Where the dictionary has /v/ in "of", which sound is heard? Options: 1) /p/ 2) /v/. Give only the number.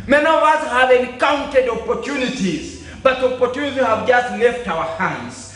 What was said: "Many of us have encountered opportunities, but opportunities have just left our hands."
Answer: 2